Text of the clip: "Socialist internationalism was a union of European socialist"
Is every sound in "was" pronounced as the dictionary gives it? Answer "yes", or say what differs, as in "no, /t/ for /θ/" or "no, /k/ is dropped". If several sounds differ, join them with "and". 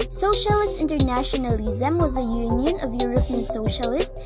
yes